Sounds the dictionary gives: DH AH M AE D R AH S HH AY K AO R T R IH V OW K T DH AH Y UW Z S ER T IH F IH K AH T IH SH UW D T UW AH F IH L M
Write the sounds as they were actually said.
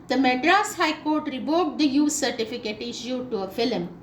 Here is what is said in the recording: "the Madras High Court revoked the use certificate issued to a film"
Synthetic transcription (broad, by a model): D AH M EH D R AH S HH AY K AO R T R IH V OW T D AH Y UW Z S ER T IH F IH K AH T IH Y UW T UW AH F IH L M